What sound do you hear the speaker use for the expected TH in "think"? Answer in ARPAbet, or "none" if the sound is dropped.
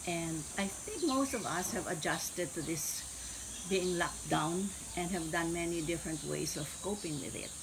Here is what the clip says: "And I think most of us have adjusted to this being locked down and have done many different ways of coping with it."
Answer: TH